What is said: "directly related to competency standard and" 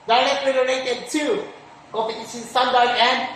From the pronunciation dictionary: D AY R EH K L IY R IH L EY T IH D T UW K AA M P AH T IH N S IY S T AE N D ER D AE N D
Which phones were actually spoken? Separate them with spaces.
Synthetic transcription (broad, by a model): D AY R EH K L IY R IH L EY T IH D T UW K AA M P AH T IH S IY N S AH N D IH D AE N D